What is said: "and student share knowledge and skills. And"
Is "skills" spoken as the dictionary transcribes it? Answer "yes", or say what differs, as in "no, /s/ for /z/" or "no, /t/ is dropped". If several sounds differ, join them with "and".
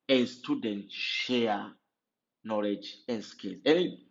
no, /z/ is dropped